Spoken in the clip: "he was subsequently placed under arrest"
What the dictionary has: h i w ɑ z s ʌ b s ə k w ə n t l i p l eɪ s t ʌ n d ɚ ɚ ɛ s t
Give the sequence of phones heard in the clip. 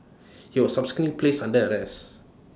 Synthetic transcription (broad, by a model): h i w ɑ s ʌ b s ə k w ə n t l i p l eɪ s ʌ n d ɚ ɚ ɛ s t